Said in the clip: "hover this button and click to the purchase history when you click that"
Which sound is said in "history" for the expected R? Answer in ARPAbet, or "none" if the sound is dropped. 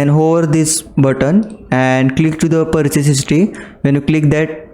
none